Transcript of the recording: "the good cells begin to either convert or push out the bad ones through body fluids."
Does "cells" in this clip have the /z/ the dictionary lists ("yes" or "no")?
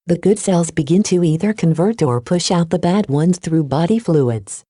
yes